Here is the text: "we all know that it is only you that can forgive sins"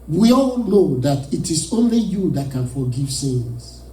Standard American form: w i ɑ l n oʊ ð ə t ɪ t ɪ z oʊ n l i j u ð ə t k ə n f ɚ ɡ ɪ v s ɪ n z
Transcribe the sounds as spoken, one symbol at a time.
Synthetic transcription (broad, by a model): w i ɑ l n oʊ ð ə t ɪ t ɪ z oʊ n l i j u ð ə t k ə n f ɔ ɡ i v s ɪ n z